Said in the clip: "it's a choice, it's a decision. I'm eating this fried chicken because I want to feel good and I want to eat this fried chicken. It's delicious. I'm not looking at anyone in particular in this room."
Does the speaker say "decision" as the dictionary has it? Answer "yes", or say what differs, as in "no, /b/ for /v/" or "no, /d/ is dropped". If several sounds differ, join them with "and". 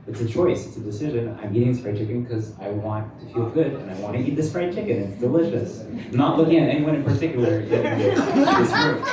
yes